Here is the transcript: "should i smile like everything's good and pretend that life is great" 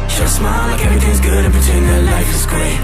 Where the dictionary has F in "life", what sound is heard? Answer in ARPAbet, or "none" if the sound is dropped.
F